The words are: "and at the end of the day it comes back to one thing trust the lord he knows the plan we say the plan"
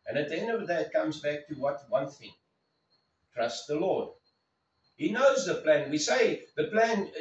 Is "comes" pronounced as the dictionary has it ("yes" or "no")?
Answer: yes